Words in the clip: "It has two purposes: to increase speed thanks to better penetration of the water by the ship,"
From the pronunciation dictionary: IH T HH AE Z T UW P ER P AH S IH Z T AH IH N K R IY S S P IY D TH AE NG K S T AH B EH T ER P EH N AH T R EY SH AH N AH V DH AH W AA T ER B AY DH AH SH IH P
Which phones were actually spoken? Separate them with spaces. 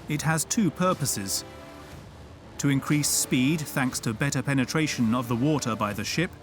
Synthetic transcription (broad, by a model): IH T HH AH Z T UW P ER P AH S IH Z T AH IH N K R IY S S P IY D TH AE NG K S T AH B EH T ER P EH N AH T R EY SH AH N AH V DH AH W AA T ER B AY DH AH SH IH P